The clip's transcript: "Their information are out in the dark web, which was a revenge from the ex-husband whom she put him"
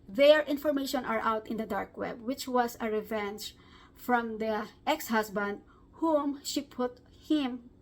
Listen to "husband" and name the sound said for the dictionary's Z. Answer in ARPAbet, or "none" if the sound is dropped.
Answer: S